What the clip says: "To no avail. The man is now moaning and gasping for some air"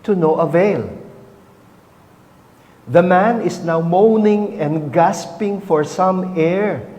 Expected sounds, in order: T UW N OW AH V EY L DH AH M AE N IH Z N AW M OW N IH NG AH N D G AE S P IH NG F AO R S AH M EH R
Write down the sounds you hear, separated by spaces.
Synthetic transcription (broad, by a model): T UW N OW AH V EY L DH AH M AE N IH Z N AW M OW N IH NG AH N D G AE S P IH NG F AO R S AH M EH R